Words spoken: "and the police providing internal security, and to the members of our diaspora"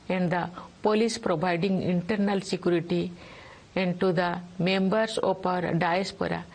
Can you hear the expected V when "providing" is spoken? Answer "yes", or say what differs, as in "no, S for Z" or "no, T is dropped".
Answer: no, B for V